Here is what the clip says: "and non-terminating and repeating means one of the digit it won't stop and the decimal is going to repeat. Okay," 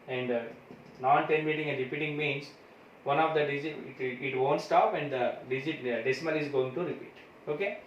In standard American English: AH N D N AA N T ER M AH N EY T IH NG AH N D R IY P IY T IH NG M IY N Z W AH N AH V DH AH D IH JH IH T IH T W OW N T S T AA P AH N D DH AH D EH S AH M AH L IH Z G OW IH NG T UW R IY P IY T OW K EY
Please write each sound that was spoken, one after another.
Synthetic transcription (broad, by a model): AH N D N AA N T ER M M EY T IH NG AH N D R IY P IY T IH NG M IY N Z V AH N AH V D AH D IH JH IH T IH T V OW N T S T AA P AH N D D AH D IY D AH M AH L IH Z G OW IH NG T UW R IY P IY T OW K EY